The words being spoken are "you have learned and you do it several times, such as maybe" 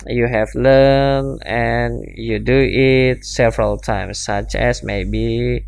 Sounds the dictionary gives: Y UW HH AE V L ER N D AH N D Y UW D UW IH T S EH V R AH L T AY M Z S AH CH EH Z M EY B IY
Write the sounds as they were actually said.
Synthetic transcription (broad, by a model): Y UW HH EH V L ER N AH N Y UW D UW IH T S EH V R AH L T AY M S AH CH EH S M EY B IY